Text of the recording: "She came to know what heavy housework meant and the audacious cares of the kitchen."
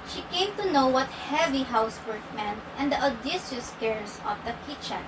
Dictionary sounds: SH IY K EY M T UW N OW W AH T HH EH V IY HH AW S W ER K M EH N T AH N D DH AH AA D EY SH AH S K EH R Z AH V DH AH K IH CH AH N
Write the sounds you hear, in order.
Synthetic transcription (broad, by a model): SH IY K EY M T UW N OW W AH T HH EH V IY HH AW S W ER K M EH N T AH N D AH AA D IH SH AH S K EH R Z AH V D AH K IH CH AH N